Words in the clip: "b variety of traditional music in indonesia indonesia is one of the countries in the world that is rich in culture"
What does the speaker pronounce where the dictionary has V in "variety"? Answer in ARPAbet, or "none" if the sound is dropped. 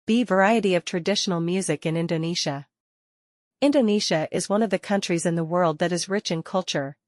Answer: V